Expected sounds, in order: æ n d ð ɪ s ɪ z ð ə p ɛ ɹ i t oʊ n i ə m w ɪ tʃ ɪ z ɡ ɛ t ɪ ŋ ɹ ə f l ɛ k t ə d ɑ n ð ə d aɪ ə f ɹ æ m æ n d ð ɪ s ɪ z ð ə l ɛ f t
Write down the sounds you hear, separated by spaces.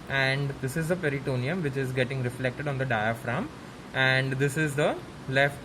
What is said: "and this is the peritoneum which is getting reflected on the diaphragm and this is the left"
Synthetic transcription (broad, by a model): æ n d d ɪ s ɪ z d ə p ɛ ɹ i t oʊ n i ə m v ɪ tʃ ɪ z ɡ ɛ t ɪ ŋ ɹ ə f l ɛ k t ə d ɑ n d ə d aɪ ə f ɹ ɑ m æ n d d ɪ s ɪ z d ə l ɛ f t